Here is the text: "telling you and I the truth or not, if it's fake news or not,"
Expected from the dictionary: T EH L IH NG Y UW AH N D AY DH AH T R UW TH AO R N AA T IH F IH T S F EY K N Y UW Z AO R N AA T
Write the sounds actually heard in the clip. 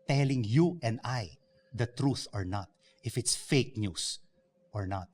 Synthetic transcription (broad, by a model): T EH L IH NG Y UW AH N D AY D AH T R UW TH AO R N AA T IH F IH T S F EY K N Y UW S AO R N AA T